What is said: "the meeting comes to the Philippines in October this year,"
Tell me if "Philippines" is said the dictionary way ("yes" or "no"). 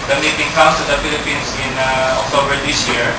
no